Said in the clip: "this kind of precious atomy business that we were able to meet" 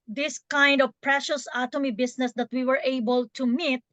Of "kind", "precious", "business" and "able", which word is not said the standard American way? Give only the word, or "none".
business